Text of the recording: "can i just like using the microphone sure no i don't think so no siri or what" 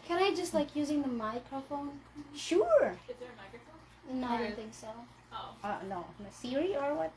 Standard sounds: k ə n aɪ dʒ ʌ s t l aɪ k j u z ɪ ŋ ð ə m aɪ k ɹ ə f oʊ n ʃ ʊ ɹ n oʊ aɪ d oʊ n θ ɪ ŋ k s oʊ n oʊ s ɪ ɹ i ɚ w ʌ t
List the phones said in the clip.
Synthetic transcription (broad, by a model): k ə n aɪ dʒ ʌ s t l aɪ k j u z ɪ ŋ ð ə m aɪ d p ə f oʊ n ʃ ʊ ɹ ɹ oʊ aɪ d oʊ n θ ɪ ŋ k s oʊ n oʊ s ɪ ɹ i ɚ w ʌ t